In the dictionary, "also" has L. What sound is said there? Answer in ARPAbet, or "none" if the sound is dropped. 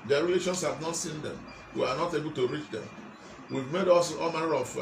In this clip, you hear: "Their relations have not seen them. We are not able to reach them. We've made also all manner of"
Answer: none